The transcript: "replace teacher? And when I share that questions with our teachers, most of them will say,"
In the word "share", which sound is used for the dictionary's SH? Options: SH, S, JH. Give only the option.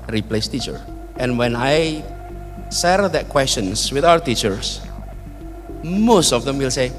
S